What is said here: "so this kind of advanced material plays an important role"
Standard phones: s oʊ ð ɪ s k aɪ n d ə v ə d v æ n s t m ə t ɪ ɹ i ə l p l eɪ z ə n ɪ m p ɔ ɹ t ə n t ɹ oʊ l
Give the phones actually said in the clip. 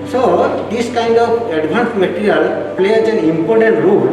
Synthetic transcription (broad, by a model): s oʊ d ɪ s k aɪ n d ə p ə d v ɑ n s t m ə t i ɹ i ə l p l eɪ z ə n ɪ m p ɔ ɹ t ə n t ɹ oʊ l